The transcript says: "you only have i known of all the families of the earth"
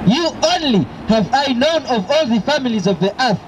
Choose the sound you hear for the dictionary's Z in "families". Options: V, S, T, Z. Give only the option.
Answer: Z